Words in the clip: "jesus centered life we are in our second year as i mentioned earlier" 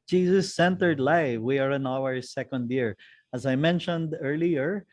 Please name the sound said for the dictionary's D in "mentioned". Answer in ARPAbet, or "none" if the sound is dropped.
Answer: D